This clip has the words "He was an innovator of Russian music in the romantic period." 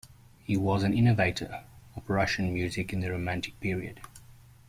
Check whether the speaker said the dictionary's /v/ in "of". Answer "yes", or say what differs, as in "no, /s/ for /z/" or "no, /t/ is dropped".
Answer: no, /p/ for /v/